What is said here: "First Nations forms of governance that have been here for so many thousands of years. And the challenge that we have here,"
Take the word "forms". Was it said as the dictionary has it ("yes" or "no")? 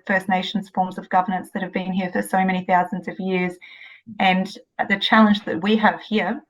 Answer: yes